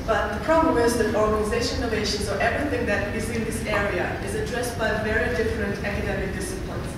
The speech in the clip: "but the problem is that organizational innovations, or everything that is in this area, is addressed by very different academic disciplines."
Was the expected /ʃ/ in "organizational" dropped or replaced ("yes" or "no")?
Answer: yes